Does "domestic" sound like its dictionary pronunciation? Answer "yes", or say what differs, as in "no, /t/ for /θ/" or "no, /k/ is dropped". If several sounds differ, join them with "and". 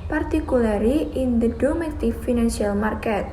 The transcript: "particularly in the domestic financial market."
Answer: no, /s/ is dropped